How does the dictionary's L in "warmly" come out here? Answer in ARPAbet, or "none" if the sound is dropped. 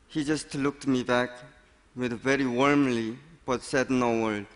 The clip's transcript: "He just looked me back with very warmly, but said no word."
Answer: L